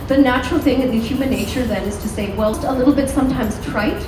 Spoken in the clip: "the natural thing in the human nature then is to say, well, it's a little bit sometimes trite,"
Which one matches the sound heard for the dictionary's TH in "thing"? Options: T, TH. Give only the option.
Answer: TH